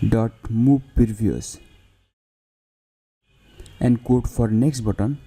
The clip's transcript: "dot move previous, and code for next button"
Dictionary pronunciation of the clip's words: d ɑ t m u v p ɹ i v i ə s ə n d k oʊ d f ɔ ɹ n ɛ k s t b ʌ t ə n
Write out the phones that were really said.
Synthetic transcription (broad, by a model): d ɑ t m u b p i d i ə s ə n d k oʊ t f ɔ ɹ n ɛ k s t b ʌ t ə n